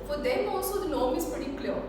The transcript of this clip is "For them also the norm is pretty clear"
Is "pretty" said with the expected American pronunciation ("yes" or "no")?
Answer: no